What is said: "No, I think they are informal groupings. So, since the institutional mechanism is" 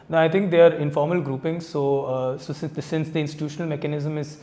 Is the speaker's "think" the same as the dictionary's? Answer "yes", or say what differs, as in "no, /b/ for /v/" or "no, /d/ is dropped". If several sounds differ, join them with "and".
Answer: no, /t/ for /θ/